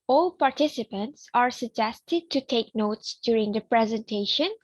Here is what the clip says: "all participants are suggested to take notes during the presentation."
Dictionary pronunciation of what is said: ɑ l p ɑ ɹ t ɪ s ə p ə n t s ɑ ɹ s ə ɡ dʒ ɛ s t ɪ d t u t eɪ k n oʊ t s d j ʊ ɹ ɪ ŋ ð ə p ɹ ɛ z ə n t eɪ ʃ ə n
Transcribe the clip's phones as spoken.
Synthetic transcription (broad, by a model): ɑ l p ɑ ɹ t ɪ s ə p ə n t s ɑ ɹ s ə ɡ dʒ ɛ s t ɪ d t u t eɪ k n oʊ t s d j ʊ ɹ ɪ ŋ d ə p ɹ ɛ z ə n t eɪ ʃ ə n